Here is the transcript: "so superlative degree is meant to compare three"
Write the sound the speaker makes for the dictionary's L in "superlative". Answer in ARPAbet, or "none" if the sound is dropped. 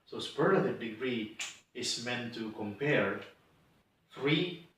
none